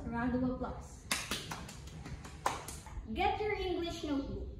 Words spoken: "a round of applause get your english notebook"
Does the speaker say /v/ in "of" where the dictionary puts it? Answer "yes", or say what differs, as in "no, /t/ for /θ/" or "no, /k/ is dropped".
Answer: no, /w/ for /v/